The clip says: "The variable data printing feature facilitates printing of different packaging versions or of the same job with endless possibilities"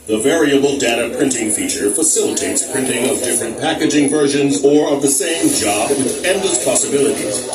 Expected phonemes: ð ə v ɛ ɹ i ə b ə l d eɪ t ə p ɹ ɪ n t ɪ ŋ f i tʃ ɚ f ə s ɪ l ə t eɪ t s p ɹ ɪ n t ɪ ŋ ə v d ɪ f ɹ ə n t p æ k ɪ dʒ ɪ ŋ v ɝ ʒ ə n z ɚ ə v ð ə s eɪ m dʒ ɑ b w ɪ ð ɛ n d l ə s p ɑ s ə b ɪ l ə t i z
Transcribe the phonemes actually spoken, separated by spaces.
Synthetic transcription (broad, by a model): ð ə v ɛ ɹ i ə b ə l d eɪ t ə p ɹ ɪ n t ɪ ŋ f i tʃ ɚ f ə s ɪ l ə t eɪ t s p ɹ ɪ n t ɪ ŋ ə v d ɪ f ɹ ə n p æ k ɪ dʒ ɪ ŋ v ɝ ʒ ə n z ɚ ə v ð ə s eɪ m dʒ ɑ b w ɪ ð ɛ n d l ə s p ɑ s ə b ɪ l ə t i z